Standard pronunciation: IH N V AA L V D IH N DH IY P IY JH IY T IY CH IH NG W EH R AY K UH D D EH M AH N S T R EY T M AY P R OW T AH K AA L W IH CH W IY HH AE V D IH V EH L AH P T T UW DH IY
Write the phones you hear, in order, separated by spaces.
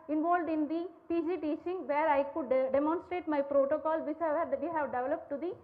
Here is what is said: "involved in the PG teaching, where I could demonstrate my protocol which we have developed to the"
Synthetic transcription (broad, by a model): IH N V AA L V D IH N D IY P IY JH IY T IY CH IH NG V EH R AY K UH D D EH M AH N S T R EY T M AY P R OW T AH K AA L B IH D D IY HH AE V D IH V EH L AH P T T UW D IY